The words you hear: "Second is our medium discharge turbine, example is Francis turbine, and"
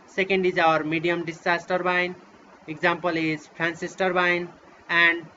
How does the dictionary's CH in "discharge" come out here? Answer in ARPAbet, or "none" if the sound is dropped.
none